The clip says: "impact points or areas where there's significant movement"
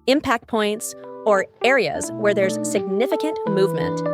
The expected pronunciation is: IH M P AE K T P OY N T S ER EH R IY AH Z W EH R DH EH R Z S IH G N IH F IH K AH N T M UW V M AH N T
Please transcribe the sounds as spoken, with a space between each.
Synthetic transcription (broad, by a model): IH M P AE K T P OY N T S ER EH R IY AH Z W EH R DH EH R Z S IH G N IH F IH K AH N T M UW V M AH N T